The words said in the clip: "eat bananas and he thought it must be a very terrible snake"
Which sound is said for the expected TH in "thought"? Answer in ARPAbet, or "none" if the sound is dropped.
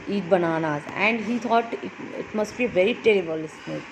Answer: T